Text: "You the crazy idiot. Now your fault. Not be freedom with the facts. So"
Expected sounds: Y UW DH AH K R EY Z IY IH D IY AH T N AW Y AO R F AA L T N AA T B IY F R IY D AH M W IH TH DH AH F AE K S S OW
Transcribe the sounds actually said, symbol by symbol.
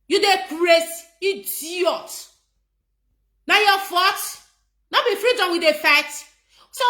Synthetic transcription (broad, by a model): Y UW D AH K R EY S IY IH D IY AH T N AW Y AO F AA T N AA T B IY F R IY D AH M W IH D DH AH F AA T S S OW